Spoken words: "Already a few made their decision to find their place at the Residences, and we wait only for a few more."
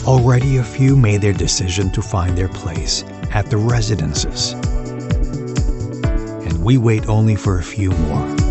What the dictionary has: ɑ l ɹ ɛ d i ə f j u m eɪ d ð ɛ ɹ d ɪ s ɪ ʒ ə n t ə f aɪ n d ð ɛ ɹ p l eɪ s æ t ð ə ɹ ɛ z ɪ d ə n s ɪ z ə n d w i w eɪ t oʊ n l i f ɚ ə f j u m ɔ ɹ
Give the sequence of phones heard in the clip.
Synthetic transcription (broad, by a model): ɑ l ɹ ɛ d i ə f j u m eɪ d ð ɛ ɹ d ɪ s ɪ ʒ ə n t ə f aɪ n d ð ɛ ɹ p l eɪ s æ t ð ə ɹ ɛ z ɪ d ə n s ɪ z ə n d w i w eɪ t oʊ n l i f ɚ ə f j u m ɔ ɹ